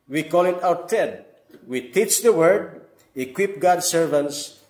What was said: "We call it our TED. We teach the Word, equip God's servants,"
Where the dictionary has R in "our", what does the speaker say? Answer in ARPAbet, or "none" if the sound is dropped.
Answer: W